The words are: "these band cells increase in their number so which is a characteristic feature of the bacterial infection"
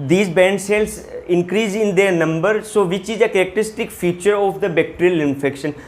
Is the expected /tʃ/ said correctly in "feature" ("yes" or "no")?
yes